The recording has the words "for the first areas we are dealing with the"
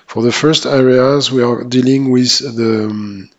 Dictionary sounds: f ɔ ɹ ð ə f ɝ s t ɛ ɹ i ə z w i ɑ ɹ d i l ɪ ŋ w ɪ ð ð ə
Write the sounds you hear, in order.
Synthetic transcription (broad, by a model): f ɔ ɹ ð ə f ɝ s t ɛ ɹ i ə z w i ɑ ɹ d i l ɪ ŋ w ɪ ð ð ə